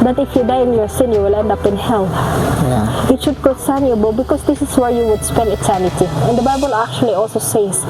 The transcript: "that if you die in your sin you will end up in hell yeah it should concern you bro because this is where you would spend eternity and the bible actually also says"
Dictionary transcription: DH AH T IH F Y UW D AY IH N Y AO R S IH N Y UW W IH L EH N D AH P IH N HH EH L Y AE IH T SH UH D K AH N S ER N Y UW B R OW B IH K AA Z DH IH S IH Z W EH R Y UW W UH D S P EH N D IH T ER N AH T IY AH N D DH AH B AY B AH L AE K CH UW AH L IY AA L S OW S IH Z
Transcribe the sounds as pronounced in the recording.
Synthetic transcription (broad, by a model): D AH T IH F Y UW D AY IH N Y AO R S IH N Y UW W IH L EH N D AH P IH N HH EH L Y IH T SH UH D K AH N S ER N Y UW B OW B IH K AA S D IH S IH S W EH R Y UW W UH D S P EH N D IH T ER N AH T IY AH N D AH B AY B AH L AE K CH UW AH L IY AA L S OW S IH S